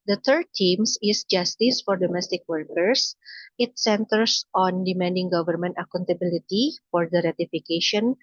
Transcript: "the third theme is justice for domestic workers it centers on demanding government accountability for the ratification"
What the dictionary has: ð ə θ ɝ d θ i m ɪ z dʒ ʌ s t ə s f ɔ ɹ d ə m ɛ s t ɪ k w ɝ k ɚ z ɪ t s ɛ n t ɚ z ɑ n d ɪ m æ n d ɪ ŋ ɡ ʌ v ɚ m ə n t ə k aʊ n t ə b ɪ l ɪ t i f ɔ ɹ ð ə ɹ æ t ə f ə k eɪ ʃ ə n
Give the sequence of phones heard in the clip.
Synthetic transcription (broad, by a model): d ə t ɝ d t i m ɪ s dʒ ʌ s t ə s f ɔ ɹ d ə m ɛ s t ɪ k w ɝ k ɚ s ɪ t s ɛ n t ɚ s ɑ n d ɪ m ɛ n d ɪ ŋ ɡ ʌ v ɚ m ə n t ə k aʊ n t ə b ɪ l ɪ t i f ɔ ɹ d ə ɹ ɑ t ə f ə k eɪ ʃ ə n